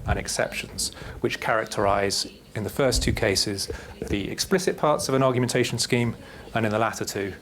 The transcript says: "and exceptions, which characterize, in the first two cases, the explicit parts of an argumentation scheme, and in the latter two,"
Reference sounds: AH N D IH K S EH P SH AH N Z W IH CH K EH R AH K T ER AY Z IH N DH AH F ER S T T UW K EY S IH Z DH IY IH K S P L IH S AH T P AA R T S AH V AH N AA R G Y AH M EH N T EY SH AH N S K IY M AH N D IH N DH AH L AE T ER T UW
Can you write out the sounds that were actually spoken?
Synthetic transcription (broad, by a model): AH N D IH K S EH P SH AH N Z W IH CH K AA R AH K T ER AY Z IH N DH AH F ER S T T UW K EY S IH Z DH IY IH K S P L IH S AH T P AA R T S AH V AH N AA G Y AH M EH N T EY SH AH N S K IY M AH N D IH N DH AH L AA T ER T UW